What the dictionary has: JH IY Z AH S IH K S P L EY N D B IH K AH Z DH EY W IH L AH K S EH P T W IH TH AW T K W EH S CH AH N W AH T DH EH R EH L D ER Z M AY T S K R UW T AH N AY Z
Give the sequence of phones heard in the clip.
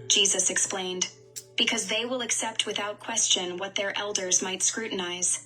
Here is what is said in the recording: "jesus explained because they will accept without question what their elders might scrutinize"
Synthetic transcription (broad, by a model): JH IY Z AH S IH K S P L EY N D B IH K AH Z DH EY W IH L AH K S EH P T W IH TH AW T K W EH S CH AH N W AH T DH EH R EH L D ER Z M AY T S K R UW T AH N AY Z